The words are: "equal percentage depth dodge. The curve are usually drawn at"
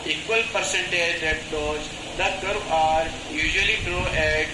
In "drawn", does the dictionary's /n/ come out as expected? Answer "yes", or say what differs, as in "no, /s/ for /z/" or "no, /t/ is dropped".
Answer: no, /n/ is dropped